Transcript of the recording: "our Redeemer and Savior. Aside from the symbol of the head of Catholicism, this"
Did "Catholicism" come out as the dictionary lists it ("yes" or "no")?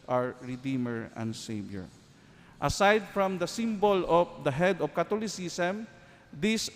no